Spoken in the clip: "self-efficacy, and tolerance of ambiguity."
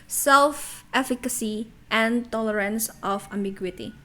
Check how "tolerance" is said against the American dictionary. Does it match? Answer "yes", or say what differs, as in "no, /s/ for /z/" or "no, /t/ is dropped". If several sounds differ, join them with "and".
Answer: yes